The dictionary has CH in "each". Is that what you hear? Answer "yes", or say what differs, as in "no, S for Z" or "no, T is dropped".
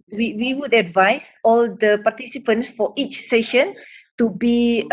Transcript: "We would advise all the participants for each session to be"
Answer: yes